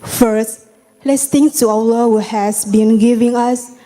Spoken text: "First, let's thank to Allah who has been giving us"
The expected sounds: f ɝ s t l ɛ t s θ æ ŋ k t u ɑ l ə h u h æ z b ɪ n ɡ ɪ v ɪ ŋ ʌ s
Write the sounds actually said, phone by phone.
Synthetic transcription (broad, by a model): f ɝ s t l ɛ t s t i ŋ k t u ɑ w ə h u h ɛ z b ɪ n ɡ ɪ v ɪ ŋ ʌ s